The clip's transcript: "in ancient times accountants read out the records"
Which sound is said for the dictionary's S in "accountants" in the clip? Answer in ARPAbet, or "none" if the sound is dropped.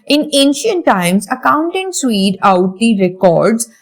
S